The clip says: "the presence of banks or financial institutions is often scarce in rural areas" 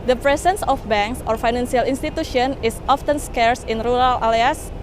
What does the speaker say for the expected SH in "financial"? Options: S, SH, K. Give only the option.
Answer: S